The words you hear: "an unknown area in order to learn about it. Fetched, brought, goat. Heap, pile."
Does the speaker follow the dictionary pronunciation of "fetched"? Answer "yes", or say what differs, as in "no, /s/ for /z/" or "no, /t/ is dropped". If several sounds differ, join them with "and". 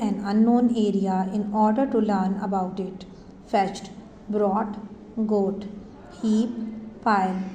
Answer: yes